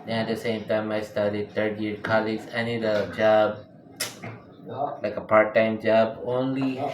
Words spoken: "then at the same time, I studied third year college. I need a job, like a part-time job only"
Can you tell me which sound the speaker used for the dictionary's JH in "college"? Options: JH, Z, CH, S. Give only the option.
Z